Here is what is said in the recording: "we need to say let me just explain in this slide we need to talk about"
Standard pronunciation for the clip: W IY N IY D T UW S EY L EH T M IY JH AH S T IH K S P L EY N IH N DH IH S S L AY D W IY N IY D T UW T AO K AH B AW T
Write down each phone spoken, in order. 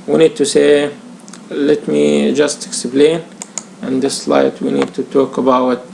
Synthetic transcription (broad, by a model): W IY N IY D T UW S EY L EH T M IY JH AH S T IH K S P L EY N IH N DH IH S S L AY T W IY N IY D T UW T AO K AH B AW T